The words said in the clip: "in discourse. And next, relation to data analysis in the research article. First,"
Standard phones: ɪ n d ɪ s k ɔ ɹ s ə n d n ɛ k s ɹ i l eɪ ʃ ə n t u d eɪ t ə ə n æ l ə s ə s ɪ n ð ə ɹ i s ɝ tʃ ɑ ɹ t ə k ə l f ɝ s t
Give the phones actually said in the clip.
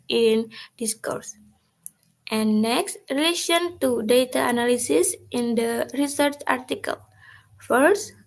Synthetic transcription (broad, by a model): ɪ n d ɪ s k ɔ ɹ s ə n n ɛ k s ɹ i l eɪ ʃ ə n t u d eɪ t ə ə n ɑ l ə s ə s ɪ n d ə ɹ i s ɝ tʃ ɑ ɹ t ə k ə l f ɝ s